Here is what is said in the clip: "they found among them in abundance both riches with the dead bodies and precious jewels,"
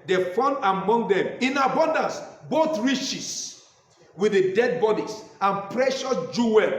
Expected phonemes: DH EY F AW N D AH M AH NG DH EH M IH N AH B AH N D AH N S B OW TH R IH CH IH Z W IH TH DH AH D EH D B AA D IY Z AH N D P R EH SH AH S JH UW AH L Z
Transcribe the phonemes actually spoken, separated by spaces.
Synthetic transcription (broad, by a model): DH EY F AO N AH M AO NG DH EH M IH N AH B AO N D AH N S B OW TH R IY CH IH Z W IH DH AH D EH D B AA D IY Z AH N P R EH SH AH S JH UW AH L